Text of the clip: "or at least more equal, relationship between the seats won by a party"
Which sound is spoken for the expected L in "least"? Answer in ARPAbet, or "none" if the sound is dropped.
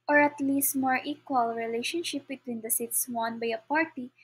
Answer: L